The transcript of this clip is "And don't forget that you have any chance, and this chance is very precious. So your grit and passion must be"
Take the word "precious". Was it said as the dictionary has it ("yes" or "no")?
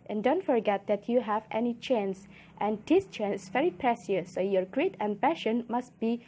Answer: no